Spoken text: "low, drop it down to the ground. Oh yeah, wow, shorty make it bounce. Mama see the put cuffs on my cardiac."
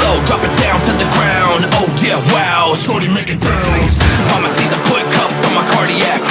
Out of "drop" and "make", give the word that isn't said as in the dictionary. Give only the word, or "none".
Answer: none